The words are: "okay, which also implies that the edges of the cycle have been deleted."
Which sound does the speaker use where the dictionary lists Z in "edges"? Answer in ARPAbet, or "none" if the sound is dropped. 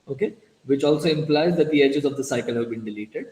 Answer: Z